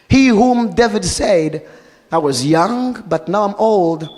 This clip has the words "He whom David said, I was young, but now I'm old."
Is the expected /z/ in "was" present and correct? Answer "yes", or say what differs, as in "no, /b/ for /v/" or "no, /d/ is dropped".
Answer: yes